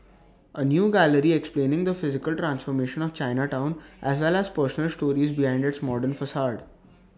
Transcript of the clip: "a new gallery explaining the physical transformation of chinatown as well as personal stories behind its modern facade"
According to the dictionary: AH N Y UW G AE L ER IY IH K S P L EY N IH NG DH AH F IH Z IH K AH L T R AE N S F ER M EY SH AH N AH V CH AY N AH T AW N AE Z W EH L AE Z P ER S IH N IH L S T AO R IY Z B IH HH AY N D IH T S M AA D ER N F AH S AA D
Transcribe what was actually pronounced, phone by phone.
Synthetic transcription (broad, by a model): AH N Y UW G AE L ER IY IH K S P L EY N IH NG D AH F IH Z IH K AH L T R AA N S F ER M EY SH AH N AH V CH AY N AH T AW N AE Z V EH L AE Z P ER S IH N IH L S T AO R IY Z B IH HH AY N D IH T S M AA D ER N F AH S AA D